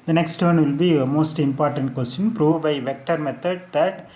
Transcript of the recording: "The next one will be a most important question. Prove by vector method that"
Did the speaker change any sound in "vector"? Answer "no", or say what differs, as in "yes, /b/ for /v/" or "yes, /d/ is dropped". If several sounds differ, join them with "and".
no